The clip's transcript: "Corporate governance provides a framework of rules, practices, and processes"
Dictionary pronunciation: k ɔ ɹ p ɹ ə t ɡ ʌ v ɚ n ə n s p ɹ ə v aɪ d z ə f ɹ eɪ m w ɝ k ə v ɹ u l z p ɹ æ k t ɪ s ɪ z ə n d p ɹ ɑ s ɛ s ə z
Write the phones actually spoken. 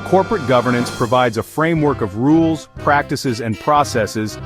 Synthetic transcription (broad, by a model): k ɔ ɹ p ɹ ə t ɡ ʌ v ɚ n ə n s p ɹ ə v aɪ d z ə f ɹ eɪ m w ɝ k ə v ɹ u l z p ɹ æ k t ɪ s ɪ z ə n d p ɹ ɑ s ɛ s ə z